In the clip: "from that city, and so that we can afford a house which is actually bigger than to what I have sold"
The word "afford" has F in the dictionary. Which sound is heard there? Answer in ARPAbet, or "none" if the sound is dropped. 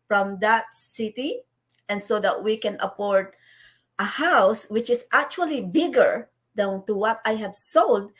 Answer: P